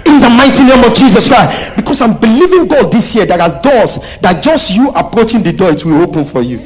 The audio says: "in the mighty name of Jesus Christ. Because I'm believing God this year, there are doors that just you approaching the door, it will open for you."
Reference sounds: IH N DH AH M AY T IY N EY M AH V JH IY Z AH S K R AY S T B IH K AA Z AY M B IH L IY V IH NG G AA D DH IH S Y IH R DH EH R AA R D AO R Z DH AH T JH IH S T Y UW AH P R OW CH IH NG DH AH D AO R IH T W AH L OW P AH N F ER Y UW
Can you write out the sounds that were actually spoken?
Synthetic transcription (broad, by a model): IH N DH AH M AY T IY N EY M AH V JH IY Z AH S K R AY S T B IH K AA S AY M B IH L IY V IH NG G AA D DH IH S Y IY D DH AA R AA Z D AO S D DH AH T JH IH S T Y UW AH P R OW CH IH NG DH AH D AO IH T W AH L OW P AH N F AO Y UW